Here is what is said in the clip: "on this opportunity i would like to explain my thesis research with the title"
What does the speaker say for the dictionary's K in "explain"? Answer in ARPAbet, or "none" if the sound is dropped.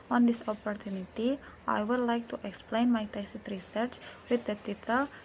K